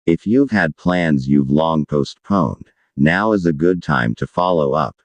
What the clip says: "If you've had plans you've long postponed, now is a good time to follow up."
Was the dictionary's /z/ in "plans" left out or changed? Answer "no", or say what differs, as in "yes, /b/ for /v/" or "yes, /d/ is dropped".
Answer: no